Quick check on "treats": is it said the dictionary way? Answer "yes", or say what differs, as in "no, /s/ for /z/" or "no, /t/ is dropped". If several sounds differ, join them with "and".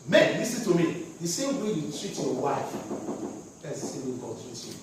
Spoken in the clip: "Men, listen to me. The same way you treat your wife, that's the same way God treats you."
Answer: no, /s/ is dropped